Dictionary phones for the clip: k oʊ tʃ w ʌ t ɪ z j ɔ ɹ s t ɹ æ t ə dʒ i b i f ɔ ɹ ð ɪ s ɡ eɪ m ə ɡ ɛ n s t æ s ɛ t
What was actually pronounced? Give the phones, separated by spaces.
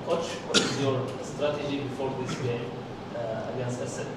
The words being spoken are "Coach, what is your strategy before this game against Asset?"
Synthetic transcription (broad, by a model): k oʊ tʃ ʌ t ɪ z j ɔ ɹ s t ɹ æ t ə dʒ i b i f ɔ ɹ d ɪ s ɡ eɪ m ə ɡ ɛ n s t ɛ s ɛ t